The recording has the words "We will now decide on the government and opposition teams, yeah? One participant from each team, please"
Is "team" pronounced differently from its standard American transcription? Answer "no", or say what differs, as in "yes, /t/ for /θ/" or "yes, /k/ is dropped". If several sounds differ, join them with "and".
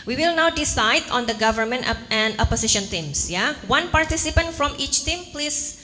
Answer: no